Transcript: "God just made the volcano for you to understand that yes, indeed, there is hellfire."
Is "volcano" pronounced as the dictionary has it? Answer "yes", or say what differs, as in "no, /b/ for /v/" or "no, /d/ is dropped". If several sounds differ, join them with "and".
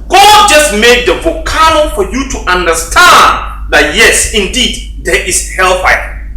no, /l/ is dropped